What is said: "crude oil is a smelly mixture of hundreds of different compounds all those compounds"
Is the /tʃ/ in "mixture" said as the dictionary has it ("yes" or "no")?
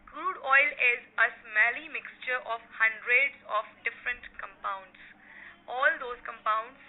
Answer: yes